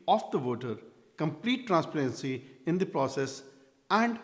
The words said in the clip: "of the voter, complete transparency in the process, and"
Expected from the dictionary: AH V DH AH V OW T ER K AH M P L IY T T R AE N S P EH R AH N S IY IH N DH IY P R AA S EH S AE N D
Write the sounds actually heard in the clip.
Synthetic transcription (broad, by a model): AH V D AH V OW T ER K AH M P L IY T T R AE N S P EH R AH N S IY IH N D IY P R AA S EH S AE N D